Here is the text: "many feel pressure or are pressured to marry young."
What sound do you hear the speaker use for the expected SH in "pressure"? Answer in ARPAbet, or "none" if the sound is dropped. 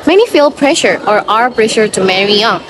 SH